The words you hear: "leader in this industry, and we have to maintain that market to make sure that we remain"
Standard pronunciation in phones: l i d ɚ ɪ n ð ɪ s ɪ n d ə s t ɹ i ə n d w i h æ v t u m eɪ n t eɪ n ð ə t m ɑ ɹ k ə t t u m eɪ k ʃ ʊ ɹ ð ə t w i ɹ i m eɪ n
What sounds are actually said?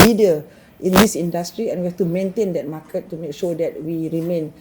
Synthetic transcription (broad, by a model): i d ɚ ɪ n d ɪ s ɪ n d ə s t ɹ i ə n w i h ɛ f t u m eɪ n t eɪ n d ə t m ɑ k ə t t u m eɪ k ʃ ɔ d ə t w i ɹ i m eɪ n